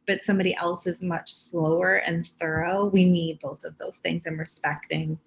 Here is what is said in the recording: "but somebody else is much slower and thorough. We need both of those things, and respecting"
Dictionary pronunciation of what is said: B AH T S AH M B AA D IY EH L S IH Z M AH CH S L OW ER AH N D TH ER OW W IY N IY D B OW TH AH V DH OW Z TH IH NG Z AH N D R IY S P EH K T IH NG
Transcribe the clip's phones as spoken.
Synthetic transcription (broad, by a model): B AH T S AH M B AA D IY EH L S IH Z M AH CH S L OW ER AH N TH ER OW W IY N IY D B OW TH AH V DH OW Z TH IH NG Z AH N R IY S P EH K T IH NG